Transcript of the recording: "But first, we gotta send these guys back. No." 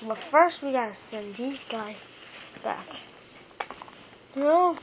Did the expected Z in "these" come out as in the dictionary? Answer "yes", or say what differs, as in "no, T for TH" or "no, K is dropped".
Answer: yes